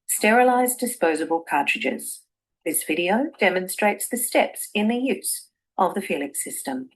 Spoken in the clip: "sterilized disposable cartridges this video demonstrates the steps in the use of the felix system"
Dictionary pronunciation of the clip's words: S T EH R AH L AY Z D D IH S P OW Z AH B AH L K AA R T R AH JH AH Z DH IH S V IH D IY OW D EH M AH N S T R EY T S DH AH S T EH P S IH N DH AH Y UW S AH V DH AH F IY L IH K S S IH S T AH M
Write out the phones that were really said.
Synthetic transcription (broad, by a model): S T EH R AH L AY Z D D IH S P OW Z AH B AH L K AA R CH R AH JH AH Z DH IH S V IH D IY OW D EH M AH N S T R EY T S DH AH S T EH P S IH N DH AH Y UW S AH V DH AH F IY L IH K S S IH S T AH M